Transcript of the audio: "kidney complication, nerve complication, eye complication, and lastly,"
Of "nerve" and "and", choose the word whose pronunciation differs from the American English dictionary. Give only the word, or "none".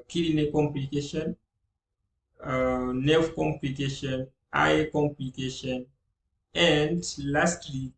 nerve